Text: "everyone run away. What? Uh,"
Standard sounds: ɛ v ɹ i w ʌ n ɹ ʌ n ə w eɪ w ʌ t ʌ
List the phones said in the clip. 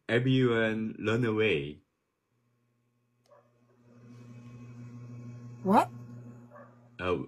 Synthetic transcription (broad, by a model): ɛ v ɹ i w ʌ n l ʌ n ə w eɪ w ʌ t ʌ